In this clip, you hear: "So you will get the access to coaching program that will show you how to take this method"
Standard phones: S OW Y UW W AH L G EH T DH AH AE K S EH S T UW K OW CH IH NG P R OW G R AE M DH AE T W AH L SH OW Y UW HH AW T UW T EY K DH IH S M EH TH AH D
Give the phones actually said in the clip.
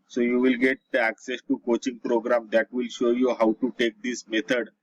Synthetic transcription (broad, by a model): S OW Y UW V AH L G EH T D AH AE K S EH S T UW K OW CH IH NG P R OW G R AE M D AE T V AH L SH OW Y UW HH AW T UW T EY K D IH S M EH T AH D